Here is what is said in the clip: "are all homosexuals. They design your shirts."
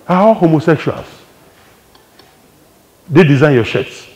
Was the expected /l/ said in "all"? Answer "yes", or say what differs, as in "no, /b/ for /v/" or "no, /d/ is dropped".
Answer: no, /w/ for /l/